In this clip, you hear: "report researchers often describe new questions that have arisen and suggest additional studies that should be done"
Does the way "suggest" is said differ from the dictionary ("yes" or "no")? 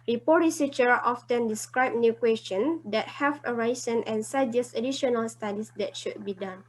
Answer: yes